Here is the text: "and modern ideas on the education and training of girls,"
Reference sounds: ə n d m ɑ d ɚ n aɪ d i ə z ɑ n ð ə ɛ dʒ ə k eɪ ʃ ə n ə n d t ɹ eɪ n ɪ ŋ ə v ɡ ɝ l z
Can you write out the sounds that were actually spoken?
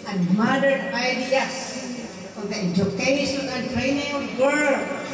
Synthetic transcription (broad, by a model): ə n m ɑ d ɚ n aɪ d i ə s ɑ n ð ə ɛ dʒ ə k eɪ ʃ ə n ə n t ɹ eɪ n ɪ ŋ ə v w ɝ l